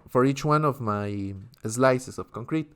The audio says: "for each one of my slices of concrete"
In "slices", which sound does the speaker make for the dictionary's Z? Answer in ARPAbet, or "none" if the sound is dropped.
S